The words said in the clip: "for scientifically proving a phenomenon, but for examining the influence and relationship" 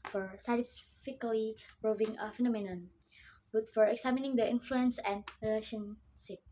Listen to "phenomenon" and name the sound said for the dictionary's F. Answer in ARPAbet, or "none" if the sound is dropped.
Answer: F